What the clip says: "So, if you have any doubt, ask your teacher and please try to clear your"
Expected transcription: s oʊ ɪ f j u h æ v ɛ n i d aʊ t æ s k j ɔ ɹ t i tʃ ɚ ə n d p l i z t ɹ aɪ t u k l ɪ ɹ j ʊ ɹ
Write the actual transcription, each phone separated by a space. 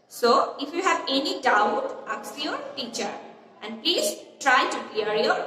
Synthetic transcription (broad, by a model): s oʊ ɪ f j u h æ v ɛ n i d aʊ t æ k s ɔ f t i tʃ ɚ ə n d p l i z t ɹ aɪ t u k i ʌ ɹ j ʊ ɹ